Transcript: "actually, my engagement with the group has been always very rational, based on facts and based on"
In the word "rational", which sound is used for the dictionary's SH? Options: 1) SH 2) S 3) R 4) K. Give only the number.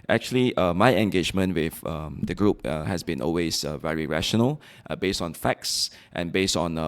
1